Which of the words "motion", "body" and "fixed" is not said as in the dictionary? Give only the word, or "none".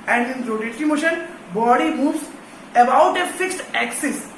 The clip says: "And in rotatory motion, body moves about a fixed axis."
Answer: none